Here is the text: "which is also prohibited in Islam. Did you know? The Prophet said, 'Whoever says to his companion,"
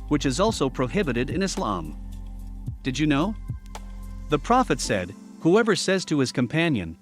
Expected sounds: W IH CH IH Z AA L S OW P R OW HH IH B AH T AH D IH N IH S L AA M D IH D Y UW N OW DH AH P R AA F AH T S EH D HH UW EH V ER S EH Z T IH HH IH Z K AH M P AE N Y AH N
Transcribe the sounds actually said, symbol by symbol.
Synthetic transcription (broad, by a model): W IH CH IH Z AA L S OW P R OW HH IH B AH T AH D IH N IH S L AA M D IH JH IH N OW DH AH P R AA F AH T S EH D HH UW EH V ER S EH Z T IH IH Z K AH M P AE N Y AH N